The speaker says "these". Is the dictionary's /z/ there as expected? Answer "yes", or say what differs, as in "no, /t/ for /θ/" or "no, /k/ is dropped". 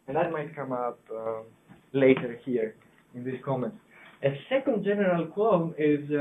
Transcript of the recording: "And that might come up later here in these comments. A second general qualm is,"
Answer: no, /s/ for /z/